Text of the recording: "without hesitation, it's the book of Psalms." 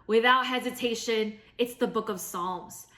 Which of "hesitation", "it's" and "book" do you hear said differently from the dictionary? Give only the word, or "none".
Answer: none